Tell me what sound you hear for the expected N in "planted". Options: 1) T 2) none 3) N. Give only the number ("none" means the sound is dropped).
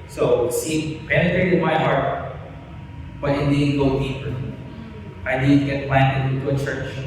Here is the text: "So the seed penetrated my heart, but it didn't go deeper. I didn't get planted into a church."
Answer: 2